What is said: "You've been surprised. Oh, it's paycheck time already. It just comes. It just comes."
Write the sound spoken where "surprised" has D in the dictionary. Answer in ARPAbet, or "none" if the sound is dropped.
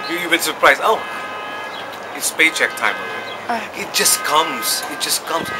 none